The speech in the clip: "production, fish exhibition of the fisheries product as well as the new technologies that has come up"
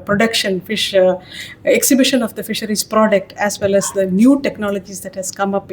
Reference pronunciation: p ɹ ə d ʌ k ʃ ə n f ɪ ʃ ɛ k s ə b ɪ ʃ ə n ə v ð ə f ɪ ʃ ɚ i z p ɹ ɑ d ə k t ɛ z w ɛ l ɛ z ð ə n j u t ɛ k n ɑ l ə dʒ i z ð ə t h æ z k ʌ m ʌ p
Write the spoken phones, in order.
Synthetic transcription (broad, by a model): p ɹ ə d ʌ k ʃ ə n f ɪ ʃ ɛ k s ə b ɪ ʃ ə n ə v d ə f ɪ ʃ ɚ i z p ɹ ɑ d ə k t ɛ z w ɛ l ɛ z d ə n j u t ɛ k n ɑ l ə dʒ i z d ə t h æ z k ʌ m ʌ p